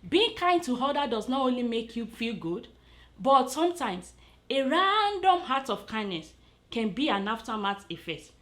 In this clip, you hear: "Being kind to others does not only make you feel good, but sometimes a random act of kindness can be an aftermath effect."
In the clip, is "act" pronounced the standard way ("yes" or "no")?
no